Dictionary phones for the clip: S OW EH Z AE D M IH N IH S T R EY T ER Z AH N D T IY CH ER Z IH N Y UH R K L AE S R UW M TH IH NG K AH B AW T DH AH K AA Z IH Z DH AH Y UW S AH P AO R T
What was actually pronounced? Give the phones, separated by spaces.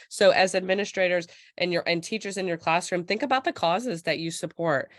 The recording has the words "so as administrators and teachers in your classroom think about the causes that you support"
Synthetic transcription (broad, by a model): S OW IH Z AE D M IH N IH S T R EY T ER Z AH N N T IY CH ER Z IH N Y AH R K L AE S R UW M TH IH NG K AH B AW T DH AH K AA Z IH Z DH AH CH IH S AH P AO R T